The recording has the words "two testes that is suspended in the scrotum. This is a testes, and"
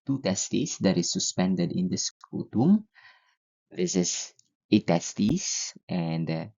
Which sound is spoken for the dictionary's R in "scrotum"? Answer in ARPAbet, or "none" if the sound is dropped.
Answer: none